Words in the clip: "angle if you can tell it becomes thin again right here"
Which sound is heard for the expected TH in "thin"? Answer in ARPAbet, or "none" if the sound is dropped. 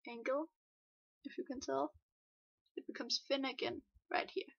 F